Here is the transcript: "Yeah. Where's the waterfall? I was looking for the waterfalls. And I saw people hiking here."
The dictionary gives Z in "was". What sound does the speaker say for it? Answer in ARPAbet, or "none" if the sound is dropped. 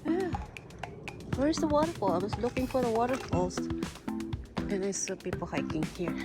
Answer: S